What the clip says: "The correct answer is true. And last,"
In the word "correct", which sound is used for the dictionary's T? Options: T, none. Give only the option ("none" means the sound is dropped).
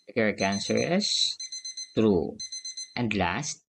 none